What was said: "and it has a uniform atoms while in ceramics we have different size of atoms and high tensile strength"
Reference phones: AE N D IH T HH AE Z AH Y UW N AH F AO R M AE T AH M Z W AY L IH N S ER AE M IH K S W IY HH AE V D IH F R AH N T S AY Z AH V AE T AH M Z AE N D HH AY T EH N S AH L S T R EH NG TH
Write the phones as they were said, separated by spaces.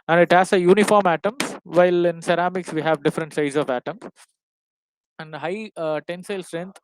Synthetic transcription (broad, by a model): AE N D IH T HH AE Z AH Y UW N AH F AO R M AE T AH M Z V AY L IH N S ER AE M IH K S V IY HH AE V D IH F R AH N T S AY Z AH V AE T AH M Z AE N D HH AY T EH N S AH L S T R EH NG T